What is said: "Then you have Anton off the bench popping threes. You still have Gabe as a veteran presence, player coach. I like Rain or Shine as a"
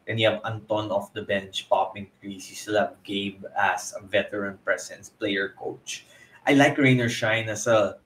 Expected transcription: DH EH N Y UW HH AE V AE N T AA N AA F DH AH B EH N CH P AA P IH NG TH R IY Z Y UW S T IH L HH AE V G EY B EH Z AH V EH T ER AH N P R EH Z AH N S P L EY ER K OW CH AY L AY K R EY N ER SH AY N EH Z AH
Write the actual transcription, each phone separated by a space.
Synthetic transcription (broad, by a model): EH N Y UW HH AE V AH N T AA N AA F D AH B EH N CH P AA P IH NG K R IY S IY S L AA B G EY B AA S AH V EH T ER AH N P R EH S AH N S P L EY ER K OW CH AY L AY K R EY N ER SH AY N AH S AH